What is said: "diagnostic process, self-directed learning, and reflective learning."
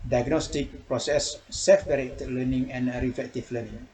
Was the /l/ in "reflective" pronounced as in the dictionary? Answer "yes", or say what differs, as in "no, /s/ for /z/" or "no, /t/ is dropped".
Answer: no, /l/ is dropped